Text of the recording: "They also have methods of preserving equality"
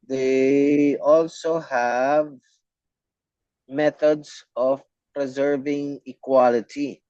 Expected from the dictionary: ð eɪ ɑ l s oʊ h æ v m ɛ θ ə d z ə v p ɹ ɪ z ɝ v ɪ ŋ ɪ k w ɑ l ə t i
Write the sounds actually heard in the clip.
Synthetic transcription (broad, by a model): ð eɪ ɑ l s oʊ h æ v m ɛ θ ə d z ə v p ɹ ɪ z ɝ v ɪ ŋ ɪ k w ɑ l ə t i